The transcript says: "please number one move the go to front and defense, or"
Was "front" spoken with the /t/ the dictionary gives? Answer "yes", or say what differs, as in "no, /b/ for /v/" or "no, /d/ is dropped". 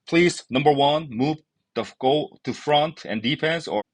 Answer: yes